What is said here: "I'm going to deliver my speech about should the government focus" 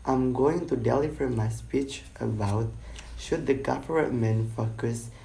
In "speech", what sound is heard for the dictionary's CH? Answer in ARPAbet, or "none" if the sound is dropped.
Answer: CH